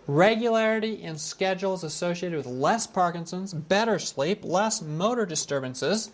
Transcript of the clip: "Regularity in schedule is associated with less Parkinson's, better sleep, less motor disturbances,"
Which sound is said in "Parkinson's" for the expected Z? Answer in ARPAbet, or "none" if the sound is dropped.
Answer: Z